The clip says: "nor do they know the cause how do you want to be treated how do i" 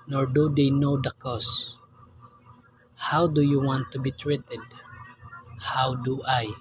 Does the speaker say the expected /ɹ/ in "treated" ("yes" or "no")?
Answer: yes